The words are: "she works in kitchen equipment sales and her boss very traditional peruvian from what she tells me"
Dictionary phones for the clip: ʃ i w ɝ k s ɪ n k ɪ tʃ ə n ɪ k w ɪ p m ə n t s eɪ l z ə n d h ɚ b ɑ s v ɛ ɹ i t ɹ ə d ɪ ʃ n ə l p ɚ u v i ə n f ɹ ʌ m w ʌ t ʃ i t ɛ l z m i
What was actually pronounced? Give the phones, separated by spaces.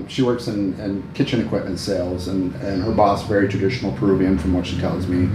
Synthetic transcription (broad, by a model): ʃ i w ɝ k s ɪ n k ɪ tʃ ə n ɪ k w ɪ p m ə n t s eɪ l z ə n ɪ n ɚ b ɑ s v ɛ ɹ i t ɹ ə d ɪ ʃ n l p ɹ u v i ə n f ɹ ʌ m w ʌ t ʃ i t ɛ l z m i